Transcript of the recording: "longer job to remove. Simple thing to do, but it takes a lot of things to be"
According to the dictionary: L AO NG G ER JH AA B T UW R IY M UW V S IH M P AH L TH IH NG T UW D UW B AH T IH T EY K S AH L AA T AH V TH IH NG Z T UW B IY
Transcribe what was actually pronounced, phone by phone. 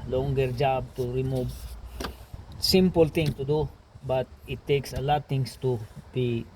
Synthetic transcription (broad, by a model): L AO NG G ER JH AA B T UW R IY M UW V S IH M P AH L T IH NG T UW D UW B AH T IH T EY K S AH L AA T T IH NG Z T UW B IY